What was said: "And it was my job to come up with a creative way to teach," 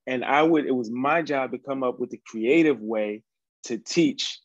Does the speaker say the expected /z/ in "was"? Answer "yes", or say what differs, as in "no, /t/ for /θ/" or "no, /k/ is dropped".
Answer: yes